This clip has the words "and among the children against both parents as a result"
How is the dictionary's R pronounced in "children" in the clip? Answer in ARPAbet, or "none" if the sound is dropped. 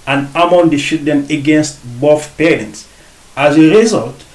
none